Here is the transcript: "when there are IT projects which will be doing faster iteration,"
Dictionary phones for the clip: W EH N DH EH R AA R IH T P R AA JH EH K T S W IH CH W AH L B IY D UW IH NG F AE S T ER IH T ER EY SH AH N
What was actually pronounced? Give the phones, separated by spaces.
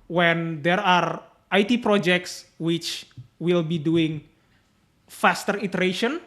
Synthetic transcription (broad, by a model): W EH N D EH R AA R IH T P R AA JH EH K T S W IH CH W AH L B IY D UW IH NG F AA S T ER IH T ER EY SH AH N